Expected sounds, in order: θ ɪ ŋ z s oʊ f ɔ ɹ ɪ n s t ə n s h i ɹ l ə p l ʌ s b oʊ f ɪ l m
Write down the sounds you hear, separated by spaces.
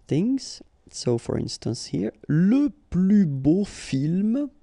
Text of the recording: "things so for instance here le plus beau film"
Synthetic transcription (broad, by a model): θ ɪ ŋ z s oʊ f ɔ ɹ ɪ n s t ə n s h i ɹ l ə p l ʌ b oʊ f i l m